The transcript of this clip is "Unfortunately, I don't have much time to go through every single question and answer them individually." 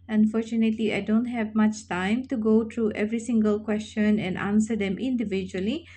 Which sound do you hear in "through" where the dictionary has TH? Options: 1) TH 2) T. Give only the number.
2